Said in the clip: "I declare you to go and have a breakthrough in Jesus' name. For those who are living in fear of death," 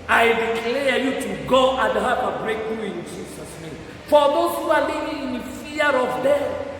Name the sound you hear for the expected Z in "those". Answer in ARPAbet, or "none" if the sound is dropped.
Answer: S